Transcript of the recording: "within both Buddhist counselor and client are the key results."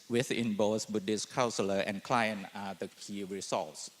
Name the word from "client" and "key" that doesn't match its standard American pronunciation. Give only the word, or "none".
client